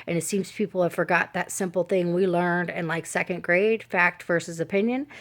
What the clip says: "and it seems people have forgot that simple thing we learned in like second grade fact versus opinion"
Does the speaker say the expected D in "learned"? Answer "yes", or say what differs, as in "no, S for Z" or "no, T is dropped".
yes